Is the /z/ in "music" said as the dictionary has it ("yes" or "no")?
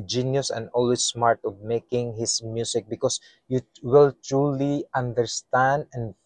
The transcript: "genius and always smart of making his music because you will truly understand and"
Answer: no